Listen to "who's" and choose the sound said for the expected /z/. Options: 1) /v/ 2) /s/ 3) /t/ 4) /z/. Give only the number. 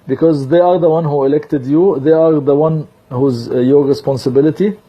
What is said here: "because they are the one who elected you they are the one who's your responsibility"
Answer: 4